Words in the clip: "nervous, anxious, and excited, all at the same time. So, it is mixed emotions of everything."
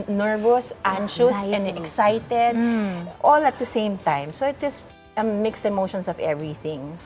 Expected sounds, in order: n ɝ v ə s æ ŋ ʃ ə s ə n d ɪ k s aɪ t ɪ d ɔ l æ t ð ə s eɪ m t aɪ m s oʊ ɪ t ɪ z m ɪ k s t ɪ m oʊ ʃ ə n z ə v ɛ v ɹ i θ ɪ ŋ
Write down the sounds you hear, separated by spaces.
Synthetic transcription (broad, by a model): n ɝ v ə s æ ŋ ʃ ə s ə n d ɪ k s aɪ t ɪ d ɔ l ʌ t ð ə s eɪ m t aɪ m s oʊ ɪ t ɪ s m ɪ k s t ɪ m oʊ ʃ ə n s ə v ɛ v ɹ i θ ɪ ŋ